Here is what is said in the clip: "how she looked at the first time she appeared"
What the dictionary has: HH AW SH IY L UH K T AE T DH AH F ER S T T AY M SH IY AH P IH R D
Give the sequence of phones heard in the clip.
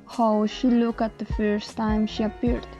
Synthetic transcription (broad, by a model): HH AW SH IY L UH K AE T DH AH F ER S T T AY M SH IY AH P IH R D